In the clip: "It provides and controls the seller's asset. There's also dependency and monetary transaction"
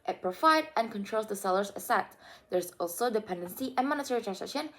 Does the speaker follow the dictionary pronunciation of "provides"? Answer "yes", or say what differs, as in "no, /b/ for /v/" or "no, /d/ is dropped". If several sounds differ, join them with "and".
no, /z/ is dropped